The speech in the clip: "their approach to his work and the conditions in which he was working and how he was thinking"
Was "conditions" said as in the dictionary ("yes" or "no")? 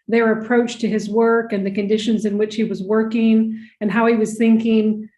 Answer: yes